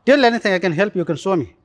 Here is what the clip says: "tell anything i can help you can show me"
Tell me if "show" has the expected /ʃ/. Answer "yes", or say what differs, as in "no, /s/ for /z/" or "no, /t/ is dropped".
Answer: no, /s/ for /ʃ/